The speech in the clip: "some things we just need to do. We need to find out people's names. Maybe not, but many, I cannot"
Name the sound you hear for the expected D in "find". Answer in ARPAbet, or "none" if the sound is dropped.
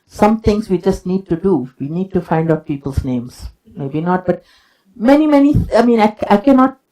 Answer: D